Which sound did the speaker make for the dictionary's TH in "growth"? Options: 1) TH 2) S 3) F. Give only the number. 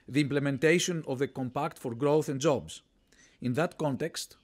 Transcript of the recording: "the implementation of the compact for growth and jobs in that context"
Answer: 1